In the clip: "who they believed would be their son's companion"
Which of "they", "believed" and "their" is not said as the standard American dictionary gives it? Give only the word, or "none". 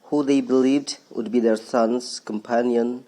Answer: none